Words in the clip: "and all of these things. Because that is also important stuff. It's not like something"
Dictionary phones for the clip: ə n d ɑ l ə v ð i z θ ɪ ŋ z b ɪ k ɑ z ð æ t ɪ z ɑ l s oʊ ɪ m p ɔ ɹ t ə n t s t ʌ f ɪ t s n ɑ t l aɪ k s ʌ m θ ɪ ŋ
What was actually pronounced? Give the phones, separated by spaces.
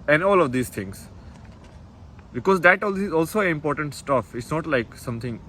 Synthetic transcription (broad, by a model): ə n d ɑ l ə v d i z t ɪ ŋ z b ɪ k ɑ z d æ t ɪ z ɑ l s oʊ ɪ m p ɔ ɹ t ə n t s t ʌ f ɪ t s n ɑ t l aɪ k s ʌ m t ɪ ŋ